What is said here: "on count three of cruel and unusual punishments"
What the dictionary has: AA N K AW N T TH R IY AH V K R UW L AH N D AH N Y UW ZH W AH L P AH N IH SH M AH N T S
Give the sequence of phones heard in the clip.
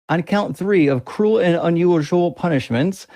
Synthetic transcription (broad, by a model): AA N K AW N TH R IY AH V K R UW L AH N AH N Y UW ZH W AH L P AH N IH SH M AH N T S